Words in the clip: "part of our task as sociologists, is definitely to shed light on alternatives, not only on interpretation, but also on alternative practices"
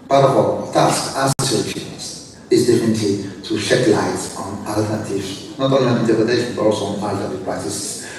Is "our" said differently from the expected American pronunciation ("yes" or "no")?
yes